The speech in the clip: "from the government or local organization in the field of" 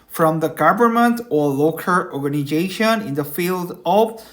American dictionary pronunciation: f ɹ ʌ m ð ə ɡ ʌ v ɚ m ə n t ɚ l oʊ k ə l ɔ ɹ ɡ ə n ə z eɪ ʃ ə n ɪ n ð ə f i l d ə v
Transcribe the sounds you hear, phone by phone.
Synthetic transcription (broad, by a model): f ɹ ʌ m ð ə ɡ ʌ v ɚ m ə n t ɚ l oʊ k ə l ɔ ɹ ɡ ə n ə z eɪ ʃ ə n ɪ n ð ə f i l d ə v